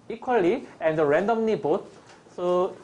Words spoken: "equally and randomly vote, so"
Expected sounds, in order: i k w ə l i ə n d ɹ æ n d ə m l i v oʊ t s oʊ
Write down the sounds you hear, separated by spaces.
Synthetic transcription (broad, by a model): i k w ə l i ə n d ɹ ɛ n d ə m n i b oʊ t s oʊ